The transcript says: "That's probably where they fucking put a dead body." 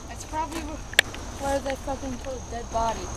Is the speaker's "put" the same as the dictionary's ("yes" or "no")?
no